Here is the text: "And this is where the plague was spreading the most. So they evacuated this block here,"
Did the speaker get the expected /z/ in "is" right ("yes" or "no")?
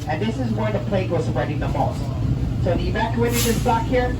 yes